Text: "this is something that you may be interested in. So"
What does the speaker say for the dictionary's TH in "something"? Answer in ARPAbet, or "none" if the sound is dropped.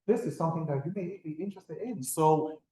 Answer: TH